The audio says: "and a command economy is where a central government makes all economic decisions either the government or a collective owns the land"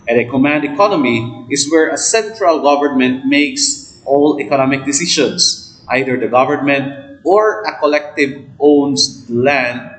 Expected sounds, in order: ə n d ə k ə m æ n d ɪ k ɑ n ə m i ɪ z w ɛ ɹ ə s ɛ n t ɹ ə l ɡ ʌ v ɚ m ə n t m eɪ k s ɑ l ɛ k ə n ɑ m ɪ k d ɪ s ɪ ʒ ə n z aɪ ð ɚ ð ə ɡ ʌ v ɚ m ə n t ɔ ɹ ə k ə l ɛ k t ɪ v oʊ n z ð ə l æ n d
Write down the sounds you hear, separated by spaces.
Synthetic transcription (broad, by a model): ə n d ə k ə m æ n d ɪ k ɑ n ə m i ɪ s w ɛ ɹ ə s ɛ n t ɹ ə l ɡ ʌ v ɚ m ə n t m eɪ k s ɑ l ɛ k ə n ɑ m ɪ k d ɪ s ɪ ʃ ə n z aɪ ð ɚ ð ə ɡ ʌ v ɚ m ə n t ɔ ɹ ə k ə l ɛ k t ɪ v oʊ n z l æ n d